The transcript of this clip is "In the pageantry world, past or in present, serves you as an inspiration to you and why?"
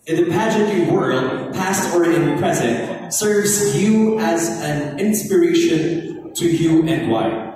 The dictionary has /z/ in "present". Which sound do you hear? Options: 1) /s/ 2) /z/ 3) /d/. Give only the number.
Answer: 2